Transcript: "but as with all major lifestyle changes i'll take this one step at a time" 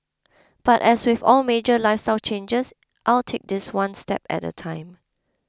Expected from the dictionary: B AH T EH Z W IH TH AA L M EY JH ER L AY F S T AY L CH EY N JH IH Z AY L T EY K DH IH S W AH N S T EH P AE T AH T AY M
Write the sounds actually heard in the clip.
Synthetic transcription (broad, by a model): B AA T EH S W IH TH AA L M EY JH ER L AY F S T AY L CH EY N JH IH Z AY L T EY K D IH S W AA N S T EH P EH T AH T AY M